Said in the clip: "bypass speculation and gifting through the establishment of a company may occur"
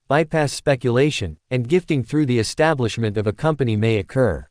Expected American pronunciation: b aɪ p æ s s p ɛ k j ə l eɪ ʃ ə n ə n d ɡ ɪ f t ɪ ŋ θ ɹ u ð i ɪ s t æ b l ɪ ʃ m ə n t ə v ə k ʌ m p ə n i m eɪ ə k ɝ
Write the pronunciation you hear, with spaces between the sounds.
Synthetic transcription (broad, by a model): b aɪ p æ s s p ɛ k j ə l eɪ ʃ ə n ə n ɡ ɪ f t ɪ ŋ θ ɹ u ð i ɪ s t æ b l ɪ ʃ m ə n t ə v ə k ʌ m p ə n i m eɪ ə k ɝ